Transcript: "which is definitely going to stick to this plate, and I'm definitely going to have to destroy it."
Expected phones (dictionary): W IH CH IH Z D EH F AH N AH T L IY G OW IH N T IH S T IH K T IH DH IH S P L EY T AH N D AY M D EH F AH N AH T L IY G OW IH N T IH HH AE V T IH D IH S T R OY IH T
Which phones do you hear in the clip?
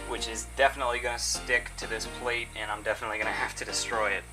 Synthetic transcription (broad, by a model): W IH CH IH Z D EH F AH N AH T L IY G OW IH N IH S T IH K T IH DH IH S P L EY T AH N AY M D EH F AH N AH T L IY G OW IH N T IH HH AE F T IH D IH S T R OY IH T